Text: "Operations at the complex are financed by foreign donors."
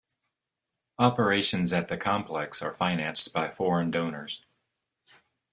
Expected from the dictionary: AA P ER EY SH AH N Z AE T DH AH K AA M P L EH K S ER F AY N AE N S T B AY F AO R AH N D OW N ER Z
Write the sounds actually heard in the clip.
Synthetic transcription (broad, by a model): AA P ER EY SH AH N Z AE T DH AH K AA M P L EH K S ER F AY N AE N S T B AY F AO R AH N D OW N ER Z